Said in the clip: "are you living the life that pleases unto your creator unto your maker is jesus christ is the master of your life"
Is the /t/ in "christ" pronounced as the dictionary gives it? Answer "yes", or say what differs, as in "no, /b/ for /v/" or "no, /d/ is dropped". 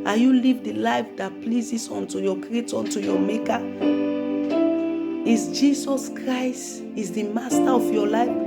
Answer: yes